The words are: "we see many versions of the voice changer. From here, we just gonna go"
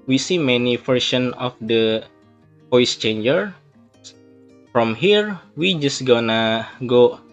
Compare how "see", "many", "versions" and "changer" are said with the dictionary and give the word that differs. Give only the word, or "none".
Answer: versions